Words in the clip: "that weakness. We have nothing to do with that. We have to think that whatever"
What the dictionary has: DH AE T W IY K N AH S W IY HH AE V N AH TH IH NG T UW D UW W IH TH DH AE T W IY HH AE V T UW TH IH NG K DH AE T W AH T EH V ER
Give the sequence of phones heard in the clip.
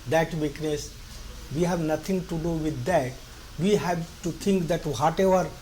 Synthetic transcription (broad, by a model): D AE T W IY K N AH S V IY HH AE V N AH T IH NG T UW D UW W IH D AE T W IY HH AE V T UW T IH NG K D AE T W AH T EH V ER